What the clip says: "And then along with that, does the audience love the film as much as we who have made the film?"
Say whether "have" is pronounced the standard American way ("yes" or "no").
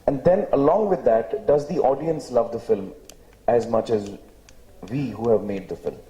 yes